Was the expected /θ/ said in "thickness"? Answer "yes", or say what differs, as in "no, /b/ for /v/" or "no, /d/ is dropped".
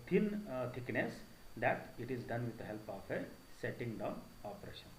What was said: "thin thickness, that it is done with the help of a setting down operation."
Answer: no, /t/ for /θ/